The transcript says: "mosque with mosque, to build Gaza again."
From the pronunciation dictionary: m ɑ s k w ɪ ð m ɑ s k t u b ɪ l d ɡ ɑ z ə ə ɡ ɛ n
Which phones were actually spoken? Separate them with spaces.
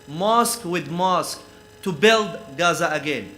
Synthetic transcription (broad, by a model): m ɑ s k w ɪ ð m ɑ s k t u b ɪ l d ɡ ɑ z ə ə ɡ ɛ n